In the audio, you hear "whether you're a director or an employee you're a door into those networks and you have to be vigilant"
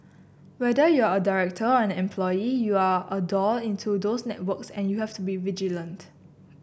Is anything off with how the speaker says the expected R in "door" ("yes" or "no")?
yes